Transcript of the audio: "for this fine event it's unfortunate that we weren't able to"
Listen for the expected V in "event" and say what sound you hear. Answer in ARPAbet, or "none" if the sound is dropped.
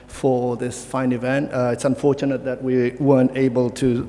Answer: V